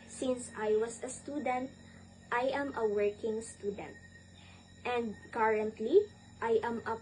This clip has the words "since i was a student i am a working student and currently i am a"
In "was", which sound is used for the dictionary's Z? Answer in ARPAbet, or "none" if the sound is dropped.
S